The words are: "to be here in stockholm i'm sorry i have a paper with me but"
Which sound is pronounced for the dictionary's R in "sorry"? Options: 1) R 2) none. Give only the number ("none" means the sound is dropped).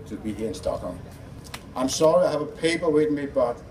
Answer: 1